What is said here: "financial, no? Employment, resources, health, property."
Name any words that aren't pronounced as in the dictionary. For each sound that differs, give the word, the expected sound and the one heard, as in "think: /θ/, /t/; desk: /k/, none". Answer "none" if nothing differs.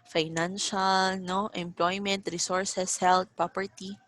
resources: /z/, /s/; health: /θ/, /t/